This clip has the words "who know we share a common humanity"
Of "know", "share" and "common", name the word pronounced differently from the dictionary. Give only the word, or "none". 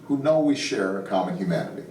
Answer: none